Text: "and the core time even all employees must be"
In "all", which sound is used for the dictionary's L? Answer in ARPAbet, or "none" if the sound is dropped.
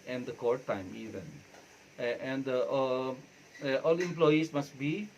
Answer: L